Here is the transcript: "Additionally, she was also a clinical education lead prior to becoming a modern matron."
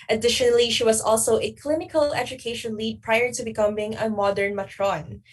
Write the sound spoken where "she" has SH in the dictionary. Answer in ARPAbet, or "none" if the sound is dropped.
SH